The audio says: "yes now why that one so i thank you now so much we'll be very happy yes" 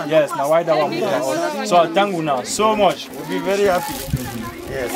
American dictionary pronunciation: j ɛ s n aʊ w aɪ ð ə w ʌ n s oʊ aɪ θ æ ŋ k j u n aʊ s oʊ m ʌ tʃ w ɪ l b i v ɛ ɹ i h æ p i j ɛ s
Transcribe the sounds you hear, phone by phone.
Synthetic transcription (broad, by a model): j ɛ s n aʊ w aɪ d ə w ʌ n s oʊ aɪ t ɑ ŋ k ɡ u n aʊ s oʊ m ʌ tʃ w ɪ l b i v ɛ ɹ i h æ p i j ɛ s